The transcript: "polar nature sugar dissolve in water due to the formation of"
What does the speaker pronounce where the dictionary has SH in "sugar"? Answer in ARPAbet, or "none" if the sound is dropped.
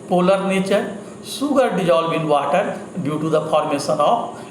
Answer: S